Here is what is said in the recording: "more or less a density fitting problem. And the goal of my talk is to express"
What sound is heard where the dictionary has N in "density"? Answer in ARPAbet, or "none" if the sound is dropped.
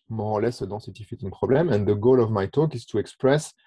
none